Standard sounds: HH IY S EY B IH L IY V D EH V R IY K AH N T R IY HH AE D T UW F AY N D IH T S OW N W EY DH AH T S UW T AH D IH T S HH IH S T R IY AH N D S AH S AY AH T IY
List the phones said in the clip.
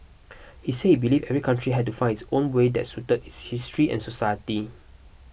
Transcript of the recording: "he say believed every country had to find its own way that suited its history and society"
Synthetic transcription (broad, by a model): HH IY S EY B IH L IY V EH V R IY K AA N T R IY HH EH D T UW F AY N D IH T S OW N W EY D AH T S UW T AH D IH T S HH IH S T R IY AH N S AH S AY AH T IY